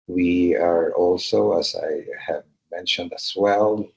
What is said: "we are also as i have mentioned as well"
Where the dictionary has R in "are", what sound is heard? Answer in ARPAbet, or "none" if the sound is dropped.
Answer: R